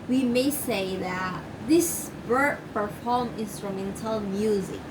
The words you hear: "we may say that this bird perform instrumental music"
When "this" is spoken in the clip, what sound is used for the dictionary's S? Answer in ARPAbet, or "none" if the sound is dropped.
S